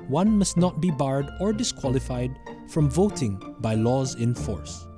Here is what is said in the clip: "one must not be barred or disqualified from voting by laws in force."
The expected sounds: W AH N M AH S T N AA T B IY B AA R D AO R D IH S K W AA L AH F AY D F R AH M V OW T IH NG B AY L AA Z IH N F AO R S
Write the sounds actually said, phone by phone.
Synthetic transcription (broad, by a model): W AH N M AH S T N AA T B IY B AA R D AO R D IH S K W AA L AH F AY D F R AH M V OW T IH NG B AY L AA Z IH N F AO R S